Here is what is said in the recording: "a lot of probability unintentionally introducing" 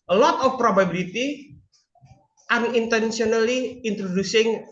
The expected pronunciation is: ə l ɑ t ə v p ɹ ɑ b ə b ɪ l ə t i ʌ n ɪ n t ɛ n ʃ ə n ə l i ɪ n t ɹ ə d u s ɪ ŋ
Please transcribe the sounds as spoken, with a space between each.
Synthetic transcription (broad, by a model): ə l ɑ t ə f p ɹ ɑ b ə b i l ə t i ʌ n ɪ n t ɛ n s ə n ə l i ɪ n t ɹ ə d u s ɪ ŋ